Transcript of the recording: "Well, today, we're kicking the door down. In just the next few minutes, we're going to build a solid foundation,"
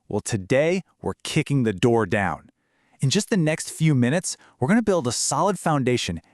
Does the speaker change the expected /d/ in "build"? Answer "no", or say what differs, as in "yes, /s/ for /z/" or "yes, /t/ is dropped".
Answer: no